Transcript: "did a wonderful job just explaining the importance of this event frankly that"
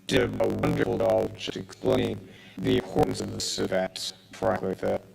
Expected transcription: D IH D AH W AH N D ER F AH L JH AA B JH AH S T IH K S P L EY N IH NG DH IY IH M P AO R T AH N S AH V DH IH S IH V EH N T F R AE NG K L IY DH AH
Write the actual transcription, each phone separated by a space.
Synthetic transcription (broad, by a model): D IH AH W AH N D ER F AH L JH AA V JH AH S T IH K S P L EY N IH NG DH IY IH P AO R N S AH V DH IH S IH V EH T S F R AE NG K IY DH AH